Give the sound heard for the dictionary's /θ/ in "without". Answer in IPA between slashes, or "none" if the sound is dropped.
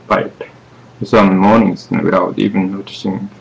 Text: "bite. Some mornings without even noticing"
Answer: /t/